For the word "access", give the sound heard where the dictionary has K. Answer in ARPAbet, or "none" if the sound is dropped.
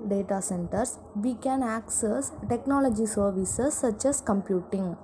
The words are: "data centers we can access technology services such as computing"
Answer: K